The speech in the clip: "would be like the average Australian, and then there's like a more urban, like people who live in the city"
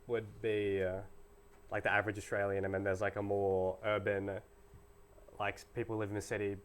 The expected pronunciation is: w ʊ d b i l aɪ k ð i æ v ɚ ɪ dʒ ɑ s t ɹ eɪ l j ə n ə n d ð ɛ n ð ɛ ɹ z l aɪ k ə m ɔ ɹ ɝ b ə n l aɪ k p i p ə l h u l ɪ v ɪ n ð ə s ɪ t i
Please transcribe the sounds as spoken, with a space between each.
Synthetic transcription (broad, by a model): w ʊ d b i l aɪ k ð i æ v ɚ ɪ dʒ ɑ s t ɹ eɪ l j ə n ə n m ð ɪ n ð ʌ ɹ z l aɪ k ə m ɔ ɹ ɝ b ə n l aɪ k p i p l l ɪ v ɪ n ð ə s ɪ t i